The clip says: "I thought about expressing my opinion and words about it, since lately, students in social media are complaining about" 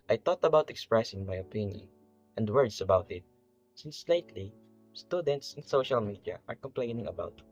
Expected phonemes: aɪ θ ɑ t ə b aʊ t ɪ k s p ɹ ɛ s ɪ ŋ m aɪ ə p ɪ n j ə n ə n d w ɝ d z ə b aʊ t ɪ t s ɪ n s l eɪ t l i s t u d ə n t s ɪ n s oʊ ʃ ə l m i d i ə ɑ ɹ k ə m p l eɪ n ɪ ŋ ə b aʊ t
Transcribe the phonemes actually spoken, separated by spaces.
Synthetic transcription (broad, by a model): aɪ t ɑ t ə b aʊ t ɪ k s p ɹ ɛ s ɪ ŋ m aɪ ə p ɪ n j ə n ə n d w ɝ d s ə b aʊ t ɪ t s ɪ n s l eɪ t l i s t u d ə n t s ɪ n s oʊ ʃ ə l m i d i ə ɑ ɹ k ə m p l eɪ n ɪ ŋ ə b aʊ t